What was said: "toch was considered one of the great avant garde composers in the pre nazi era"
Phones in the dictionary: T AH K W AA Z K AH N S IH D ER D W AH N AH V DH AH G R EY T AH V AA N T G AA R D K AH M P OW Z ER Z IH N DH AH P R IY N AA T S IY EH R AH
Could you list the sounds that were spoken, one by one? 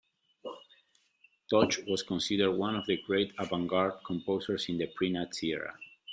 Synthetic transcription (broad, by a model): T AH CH W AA S K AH N S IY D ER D W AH N AH V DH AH G R EY T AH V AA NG G AA R D K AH M P OW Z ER S IH N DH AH P R IY N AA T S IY EH R AH